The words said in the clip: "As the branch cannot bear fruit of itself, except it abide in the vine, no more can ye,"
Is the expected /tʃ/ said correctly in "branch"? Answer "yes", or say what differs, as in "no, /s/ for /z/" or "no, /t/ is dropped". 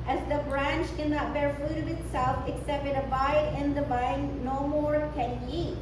yes